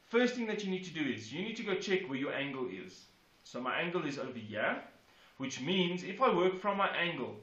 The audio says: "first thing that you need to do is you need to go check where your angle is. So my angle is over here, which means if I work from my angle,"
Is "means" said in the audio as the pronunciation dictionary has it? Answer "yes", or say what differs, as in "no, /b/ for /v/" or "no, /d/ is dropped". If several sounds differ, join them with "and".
yes